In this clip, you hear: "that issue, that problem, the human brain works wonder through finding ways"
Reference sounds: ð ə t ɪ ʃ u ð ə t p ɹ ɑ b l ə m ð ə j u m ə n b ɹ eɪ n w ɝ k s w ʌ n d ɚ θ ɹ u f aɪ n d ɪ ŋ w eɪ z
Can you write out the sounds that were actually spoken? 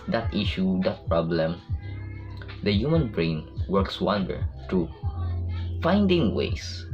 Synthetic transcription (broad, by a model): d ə t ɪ ʃ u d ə t p ɹ ɑ b l ə m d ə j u m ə n b ɹ eɪ n w ɝ k s w ʌ n d ɚ t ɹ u f aɪ n d ɪ ŋ w eɪ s